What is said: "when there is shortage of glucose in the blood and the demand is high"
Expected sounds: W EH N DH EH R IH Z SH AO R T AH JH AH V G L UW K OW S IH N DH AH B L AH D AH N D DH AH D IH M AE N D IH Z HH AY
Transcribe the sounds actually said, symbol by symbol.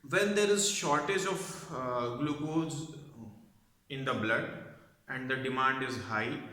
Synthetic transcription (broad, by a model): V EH N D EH R IH Z SH AO R T AH JH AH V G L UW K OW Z IH N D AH B L AH D AH N D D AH D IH M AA N D IH Z HH AY